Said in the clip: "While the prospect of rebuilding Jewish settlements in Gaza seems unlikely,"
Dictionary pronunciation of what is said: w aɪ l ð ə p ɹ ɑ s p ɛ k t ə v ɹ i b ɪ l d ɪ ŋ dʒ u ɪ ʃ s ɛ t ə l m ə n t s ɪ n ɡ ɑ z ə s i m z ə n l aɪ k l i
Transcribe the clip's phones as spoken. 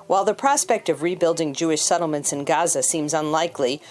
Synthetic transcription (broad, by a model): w aɪ l ð ə p ɹ ɑ s p ɛ k t ə v ɹ i b ɪ l d ɪ ŋ dʒ u ɪ ʃ s ɛ t l m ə n t s ɪ n ɡ ɑ z ə s i m z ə n l aɪ k l i